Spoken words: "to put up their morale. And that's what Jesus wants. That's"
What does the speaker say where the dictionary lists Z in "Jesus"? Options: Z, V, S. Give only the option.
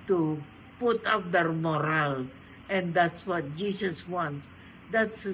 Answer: S